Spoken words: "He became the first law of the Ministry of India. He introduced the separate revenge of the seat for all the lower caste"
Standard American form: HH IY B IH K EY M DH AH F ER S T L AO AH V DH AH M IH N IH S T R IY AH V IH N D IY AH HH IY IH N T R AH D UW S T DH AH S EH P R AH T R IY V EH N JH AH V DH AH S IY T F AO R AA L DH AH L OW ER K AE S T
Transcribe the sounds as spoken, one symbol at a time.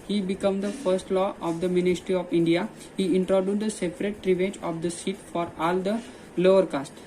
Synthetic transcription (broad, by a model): HH IY B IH K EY M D AH F ER S T L AO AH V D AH M IH N IH S T R IY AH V IH N D IY AH HH IY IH N T R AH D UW T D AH S EH P R AH T R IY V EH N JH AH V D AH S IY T F AO R AA L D AH L OW ER K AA S T